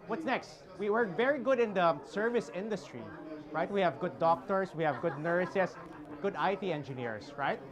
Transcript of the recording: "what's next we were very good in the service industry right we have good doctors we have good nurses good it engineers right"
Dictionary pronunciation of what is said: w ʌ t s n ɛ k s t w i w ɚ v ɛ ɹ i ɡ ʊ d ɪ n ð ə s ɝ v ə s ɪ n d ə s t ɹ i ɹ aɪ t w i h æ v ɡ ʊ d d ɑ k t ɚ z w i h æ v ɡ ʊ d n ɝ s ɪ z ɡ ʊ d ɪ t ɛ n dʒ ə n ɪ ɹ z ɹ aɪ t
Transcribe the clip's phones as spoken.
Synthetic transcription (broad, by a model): w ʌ t s n ɛ k s t w i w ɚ v ɛ ɹ i ɡ ʊ d ɪ n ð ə s ɝ v ə s ɪ n d ə s t ɹ i ɹ aɪ t w i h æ v ɡ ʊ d d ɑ k t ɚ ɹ w i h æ v ɡ ʊ d n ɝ s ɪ s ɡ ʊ d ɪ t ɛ n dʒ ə n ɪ ɹ s ɹ aɪ t